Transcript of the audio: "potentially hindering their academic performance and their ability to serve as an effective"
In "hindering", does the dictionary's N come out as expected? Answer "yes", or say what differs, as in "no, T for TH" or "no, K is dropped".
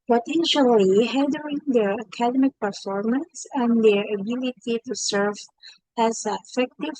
no, N is dropped